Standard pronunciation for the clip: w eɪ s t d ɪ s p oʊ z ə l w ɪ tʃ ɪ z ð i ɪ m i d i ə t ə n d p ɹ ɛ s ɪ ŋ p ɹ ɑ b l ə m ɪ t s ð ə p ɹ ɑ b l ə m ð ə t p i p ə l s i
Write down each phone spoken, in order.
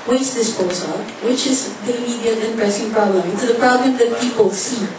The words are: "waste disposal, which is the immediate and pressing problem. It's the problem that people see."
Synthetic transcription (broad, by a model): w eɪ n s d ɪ s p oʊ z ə n w ɪ tʃ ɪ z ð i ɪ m i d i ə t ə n p ɹ ɛ s ɪ ŋ p ɹ ɑ b l ə m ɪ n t ð ə p ɹ ɑ b l ə m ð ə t p i p ə l s i